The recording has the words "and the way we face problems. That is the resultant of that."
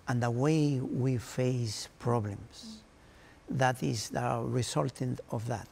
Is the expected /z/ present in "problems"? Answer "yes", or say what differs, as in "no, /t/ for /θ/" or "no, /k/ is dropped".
no, /s/ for /z/